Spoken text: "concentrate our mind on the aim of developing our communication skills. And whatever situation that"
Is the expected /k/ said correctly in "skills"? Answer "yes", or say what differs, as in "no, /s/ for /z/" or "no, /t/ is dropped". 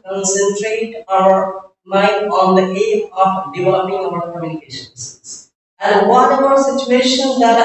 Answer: no, /k/ is dropped